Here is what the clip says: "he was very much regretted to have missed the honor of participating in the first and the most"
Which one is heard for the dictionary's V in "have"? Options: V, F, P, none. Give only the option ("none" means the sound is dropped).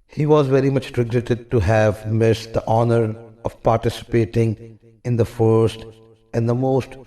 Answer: V